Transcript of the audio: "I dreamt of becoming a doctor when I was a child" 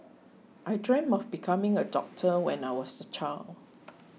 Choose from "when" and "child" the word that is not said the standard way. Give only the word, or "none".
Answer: child